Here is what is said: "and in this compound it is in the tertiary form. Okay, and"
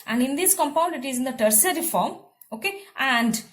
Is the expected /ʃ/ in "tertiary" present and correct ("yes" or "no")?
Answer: no